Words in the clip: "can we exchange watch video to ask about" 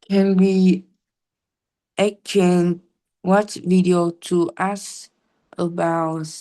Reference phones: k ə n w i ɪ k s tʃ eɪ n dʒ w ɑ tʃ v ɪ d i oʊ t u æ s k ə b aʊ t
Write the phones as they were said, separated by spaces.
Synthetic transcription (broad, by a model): k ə n w i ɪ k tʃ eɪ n w ɑ tʃ v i d i oʊ t u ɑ s ə b aʊ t